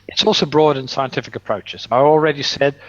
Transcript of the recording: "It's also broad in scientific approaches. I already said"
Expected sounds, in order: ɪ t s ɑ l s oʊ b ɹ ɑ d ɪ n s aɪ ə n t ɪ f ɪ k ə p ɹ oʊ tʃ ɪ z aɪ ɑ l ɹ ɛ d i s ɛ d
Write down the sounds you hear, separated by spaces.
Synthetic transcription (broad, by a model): ɪ t s ɑ l s oʊ b ɹ ɑ d ɪ n s aɪ ə n t ɪ f ɪ k ə p ɹ oʊ tʃ ɪ z aɪ ɑ l ɹ ɛ d i s ɛ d